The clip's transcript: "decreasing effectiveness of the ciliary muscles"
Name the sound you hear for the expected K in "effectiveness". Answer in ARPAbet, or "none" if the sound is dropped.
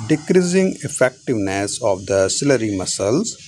K